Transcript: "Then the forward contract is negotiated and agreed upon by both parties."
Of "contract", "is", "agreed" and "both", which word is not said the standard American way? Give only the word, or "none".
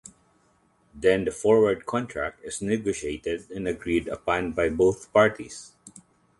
is